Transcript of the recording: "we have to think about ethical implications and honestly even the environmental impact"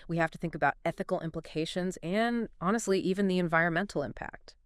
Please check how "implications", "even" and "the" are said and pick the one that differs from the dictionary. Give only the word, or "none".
none